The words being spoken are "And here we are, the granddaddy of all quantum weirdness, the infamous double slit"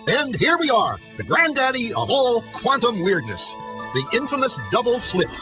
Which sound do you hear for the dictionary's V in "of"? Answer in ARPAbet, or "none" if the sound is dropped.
V